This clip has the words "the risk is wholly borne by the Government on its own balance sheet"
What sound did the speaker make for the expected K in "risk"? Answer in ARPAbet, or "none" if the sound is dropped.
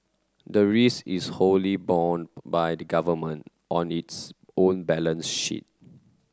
none